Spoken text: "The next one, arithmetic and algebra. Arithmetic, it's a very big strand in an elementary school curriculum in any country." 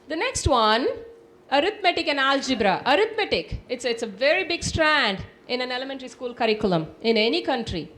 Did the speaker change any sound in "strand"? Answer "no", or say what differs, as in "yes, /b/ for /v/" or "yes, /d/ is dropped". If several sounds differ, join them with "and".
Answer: no